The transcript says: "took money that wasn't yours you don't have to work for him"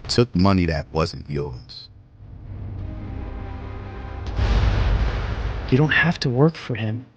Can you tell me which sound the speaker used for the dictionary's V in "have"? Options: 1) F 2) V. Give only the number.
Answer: 1